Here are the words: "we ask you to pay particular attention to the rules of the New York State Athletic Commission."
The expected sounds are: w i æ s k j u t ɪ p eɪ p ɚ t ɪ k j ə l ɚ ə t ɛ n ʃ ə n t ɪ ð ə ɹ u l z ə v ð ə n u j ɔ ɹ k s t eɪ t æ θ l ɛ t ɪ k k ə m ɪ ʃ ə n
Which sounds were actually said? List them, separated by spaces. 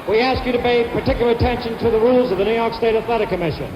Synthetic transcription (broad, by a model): w i æ s k j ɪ t ɪ p eɪ p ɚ t ɪ k j l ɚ ə t ɛ n ʃ ə n t ɪ ð ə ɹ u l z ə v ð ə n u j ɔ ɹ k s t eɪ t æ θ l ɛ t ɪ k k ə m ɪ ʃ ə n